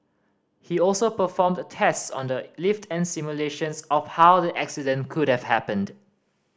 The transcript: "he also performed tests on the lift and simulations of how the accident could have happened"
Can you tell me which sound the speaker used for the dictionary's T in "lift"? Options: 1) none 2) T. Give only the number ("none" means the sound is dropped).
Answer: 2